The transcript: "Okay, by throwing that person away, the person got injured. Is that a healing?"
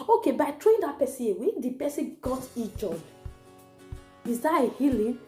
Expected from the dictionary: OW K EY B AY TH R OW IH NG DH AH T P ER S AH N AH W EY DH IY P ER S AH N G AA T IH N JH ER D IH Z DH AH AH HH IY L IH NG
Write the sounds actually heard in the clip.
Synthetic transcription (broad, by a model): OW K EY B AY T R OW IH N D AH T P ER S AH AH W EY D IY P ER S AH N G AA T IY JH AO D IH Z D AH AH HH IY L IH